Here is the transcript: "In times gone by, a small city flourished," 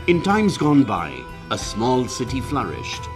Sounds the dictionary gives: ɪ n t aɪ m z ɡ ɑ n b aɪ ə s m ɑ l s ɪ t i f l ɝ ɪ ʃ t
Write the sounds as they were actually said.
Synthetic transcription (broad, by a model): ɪ n t aɪ m z ɡ ɑ n b aɪ ə s m ɑ l s ɪ t i f l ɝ ɪ ʃ t